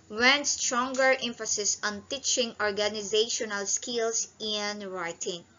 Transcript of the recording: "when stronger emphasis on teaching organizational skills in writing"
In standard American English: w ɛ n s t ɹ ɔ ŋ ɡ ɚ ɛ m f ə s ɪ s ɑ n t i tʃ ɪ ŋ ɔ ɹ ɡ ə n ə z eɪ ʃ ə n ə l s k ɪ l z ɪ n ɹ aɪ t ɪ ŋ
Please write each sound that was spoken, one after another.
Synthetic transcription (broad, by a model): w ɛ n s t ɹ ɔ ŋ ɡ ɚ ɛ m f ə s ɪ s ɑ n t i tʃ ɪ ŋ ɔ ɹ ɡ ə n ə z eɪ ʃ ə n ə l s k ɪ l s ɪ n ɹ aɪ t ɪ ŋ